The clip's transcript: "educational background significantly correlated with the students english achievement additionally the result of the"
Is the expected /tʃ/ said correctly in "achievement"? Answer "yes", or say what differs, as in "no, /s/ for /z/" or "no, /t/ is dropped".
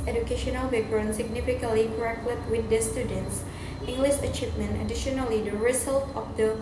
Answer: yes